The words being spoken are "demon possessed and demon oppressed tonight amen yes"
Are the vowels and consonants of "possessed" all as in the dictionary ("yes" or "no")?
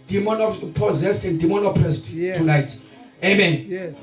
yes